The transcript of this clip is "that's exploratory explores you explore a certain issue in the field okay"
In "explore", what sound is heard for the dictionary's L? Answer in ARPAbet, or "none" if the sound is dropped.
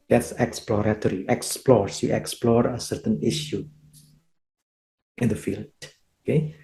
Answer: L